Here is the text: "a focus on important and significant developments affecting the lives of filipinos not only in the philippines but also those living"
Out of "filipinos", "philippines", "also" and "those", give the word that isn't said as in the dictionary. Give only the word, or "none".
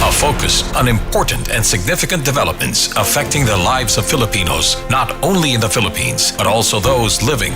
none